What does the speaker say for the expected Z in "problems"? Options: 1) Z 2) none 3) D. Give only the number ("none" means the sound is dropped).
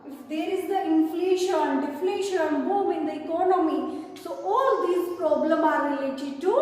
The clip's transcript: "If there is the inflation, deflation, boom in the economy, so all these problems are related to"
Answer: 2